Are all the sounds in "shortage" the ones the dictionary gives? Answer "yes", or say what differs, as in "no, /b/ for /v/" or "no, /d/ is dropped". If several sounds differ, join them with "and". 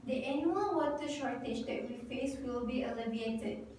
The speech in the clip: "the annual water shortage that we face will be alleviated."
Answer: yes